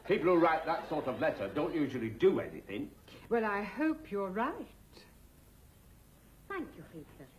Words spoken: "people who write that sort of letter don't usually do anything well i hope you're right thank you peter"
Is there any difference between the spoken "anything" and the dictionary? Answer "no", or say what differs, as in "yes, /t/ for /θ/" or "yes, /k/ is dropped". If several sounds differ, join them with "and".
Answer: no